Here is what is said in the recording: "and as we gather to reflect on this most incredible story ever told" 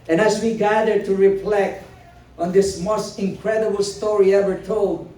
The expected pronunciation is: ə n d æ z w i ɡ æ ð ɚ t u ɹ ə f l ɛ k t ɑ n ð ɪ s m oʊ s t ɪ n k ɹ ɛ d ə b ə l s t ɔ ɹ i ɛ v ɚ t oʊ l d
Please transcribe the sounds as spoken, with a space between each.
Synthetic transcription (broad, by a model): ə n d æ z w i ɡ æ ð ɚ t u ɹ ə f l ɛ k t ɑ n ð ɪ s m oʊ s t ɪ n k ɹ ɛ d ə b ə l s t ɔ ɹ i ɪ w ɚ t oʊ l d